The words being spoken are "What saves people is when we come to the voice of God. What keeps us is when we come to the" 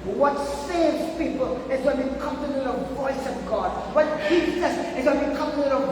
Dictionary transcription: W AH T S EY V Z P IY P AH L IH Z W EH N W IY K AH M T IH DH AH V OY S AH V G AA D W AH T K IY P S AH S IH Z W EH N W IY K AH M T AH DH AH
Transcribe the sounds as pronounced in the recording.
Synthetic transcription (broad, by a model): W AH T S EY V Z P IY P AH L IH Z W EH N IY K AH M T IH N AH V OY S AH V G AA D W AH T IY S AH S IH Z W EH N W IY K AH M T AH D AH